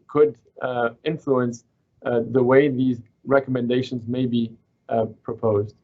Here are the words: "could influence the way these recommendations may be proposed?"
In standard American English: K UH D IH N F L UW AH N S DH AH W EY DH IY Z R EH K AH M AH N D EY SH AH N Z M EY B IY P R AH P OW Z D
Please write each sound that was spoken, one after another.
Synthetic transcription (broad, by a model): K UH D IH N F L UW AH N S DH AH W EY DH IY Z R EH K AH M AH N D EY SH AH N Z M EY B IY P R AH P OW Z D